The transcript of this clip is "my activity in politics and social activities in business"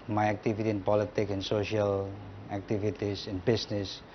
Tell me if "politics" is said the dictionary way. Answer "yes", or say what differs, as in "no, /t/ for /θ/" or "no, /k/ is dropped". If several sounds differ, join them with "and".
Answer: no, /s/ is dropped